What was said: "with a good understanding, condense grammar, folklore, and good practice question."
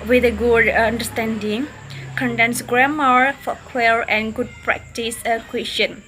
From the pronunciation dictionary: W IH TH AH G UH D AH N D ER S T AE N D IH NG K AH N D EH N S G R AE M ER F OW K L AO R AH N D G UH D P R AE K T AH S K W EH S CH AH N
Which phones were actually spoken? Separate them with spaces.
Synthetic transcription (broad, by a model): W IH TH AH G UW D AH N D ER S T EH N D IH NG K AH N D EH N S G R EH M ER F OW K W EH R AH N G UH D P R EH K T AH S K W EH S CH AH N